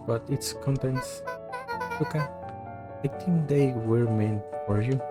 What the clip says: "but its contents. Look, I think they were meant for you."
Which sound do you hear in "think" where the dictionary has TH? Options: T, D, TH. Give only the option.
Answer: T